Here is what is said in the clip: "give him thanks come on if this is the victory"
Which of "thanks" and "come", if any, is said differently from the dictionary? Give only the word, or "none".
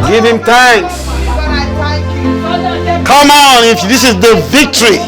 thanks